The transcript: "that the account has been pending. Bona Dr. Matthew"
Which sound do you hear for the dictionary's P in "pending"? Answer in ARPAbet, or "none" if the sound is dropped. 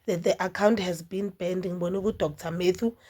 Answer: B